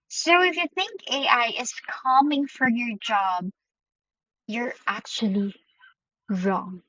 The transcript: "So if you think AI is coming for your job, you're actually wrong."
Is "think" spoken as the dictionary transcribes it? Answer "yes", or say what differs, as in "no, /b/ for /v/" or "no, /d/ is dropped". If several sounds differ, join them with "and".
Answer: yes